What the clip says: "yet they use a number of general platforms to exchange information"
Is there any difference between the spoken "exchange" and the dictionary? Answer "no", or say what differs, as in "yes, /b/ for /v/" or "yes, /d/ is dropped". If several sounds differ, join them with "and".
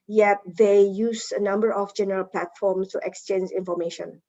no